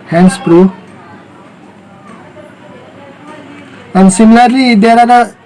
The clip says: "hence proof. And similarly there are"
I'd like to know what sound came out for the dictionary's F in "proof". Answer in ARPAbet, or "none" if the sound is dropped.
none